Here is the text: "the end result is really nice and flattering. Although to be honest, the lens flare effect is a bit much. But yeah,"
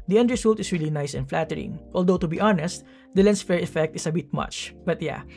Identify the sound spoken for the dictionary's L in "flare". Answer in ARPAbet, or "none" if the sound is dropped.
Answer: none